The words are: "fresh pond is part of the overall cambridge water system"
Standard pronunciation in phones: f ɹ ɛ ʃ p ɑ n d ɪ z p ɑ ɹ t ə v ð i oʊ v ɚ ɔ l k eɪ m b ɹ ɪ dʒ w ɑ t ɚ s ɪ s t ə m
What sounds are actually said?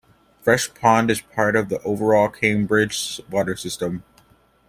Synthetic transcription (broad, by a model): f ɹ ɛ ʃ p ɑ n d ɪ z p ɑ ɹ t ə v ð i oʊ v ɚ ɔ l k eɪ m b ɹ ɪ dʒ w ɑ t ɚ s ɪ s t ə m